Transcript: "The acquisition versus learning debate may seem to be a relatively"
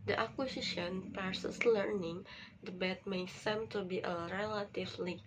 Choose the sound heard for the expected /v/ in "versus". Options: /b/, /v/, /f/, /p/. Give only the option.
/p/